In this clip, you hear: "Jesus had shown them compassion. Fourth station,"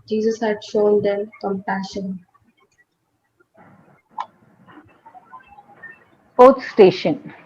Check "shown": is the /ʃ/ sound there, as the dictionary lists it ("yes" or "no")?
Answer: yes